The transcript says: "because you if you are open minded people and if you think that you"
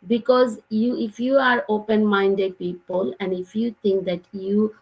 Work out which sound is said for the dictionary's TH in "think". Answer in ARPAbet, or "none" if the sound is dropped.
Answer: T